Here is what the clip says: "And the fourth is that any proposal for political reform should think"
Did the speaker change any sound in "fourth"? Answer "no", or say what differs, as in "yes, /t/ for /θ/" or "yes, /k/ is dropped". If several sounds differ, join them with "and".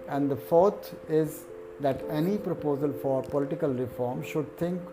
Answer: yes, /t/ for /θ/